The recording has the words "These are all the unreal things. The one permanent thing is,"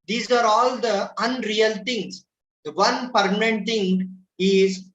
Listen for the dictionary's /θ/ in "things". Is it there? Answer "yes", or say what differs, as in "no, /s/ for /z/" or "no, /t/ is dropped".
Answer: no, /t/ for /θ/